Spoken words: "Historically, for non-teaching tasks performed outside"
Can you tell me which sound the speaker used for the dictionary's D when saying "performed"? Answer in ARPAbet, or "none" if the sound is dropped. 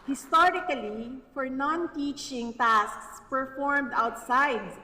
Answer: D